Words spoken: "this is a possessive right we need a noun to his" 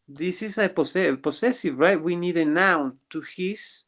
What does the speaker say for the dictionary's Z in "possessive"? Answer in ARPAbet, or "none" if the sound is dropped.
S